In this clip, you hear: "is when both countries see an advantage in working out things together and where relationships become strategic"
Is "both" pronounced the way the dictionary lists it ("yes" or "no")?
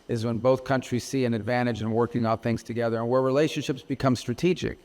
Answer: yes